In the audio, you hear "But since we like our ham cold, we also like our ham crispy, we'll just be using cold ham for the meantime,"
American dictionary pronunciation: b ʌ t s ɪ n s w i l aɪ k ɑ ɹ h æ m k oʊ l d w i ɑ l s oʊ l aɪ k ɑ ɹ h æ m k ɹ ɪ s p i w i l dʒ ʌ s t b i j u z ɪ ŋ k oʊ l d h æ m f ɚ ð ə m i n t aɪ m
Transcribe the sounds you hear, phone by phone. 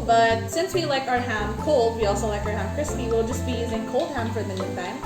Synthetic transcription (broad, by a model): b ʌ t s ɪ n s w i l aɪ k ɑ ɹ h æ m k oʊ l d w i ɑ l s oʊ l aɪ k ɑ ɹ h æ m k ɹ ɪ s p i w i l dʒ ʌ s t b i j u z ɪ ŋ k oʊ l d h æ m f ɚ ð ə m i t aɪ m